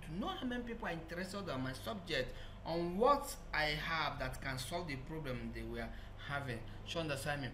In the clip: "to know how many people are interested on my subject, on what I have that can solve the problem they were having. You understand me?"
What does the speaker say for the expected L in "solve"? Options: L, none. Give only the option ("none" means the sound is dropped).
L